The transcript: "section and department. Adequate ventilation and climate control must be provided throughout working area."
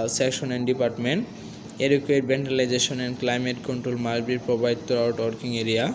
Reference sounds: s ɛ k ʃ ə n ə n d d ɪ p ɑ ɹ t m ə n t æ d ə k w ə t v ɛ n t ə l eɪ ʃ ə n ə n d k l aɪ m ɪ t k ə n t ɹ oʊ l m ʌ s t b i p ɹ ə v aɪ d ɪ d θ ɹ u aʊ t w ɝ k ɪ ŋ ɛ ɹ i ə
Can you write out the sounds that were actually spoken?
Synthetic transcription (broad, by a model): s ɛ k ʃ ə n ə n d d ɪ p ɑ ɹ t m ə n t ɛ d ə k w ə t b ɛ n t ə l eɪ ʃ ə n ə n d k l aɪ m ɪ t k ə n t ɹ oʊ l m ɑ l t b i p ɹ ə b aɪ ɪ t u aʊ t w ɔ k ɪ ŋ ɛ ɹ i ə